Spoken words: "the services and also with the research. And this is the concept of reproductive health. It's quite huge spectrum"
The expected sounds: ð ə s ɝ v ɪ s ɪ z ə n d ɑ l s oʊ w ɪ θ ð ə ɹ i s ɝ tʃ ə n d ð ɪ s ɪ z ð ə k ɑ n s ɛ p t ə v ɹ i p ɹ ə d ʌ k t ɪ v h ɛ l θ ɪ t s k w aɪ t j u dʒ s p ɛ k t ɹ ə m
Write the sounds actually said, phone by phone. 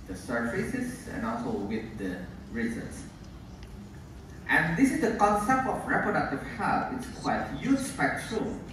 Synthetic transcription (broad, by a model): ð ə s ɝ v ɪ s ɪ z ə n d ɑ l s oʊ w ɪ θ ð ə ɹ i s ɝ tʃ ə n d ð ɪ s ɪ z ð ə k ɑ n s ɛ p t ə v ɹ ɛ p ɹ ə d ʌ k t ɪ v h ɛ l f ɪ t s k w aɪ t j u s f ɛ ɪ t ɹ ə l